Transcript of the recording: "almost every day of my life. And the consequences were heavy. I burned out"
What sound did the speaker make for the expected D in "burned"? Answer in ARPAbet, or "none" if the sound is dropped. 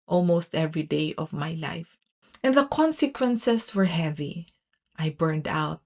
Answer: D